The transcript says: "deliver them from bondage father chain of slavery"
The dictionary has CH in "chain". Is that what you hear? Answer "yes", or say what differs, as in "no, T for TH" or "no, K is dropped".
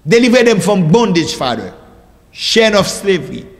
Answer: no, SH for CH